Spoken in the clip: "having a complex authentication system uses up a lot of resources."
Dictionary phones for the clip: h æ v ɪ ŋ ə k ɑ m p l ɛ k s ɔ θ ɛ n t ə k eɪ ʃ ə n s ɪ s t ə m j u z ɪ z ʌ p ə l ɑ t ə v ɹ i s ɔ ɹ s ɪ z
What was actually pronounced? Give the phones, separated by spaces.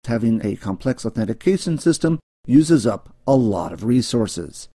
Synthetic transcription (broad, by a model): h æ v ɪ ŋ ə k ɑ m p l ɛ k s ɔ θ ɛ n t ə k eɪ ʃ ə n s ɪ s t ə m j u z ɪ z ʌ p ə l ɑ t ə v ɹ i s ɔ ɹ s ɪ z